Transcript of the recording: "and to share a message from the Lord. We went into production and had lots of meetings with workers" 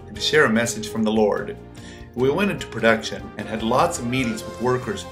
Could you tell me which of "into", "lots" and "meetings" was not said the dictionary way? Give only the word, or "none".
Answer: none